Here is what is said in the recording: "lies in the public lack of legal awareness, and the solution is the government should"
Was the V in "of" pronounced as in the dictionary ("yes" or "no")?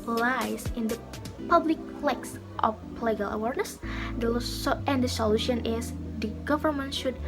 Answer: no